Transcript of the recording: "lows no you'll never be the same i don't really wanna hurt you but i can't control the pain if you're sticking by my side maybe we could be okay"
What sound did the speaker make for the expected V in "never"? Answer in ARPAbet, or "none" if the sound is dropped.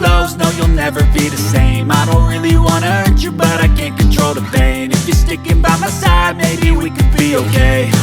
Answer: V